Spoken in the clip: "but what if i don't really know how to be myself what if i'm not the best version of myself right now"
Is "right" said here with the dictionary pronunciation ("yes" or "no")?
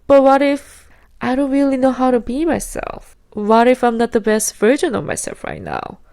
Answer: yes